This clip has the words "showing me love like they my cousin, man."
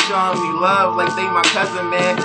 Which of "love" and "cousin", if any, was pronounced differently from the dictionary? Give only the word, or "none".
none